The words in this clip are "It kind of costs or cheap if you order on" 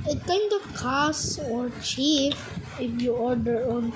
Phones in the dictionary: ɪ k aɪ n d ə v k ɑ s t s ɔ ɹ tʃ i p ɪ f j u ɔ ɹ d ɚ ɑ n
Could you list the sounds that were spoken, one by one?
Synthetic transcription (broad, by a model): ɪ k aɪ n d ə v k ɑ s s ɔ ɹ tʃ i f ɪ f j u ɔ ɹ d ɚ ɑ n